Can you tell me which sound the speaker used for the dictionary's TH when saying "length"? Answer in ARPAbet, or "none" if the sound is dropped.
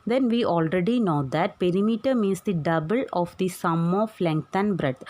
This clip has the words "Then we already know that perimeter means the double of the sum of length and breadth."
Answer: T